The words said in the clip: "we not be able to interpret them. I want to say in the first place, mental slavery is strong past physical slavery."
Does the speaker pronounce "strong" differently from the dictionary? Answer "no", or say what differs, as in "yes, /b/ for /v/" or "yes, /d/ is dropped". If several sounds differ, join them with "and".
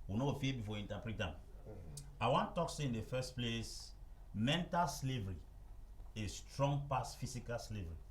no